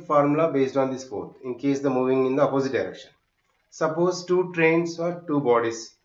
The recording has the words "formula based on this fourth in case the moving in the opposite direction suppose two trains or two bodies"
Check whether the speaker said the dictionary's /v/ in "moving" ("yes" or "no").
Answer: yes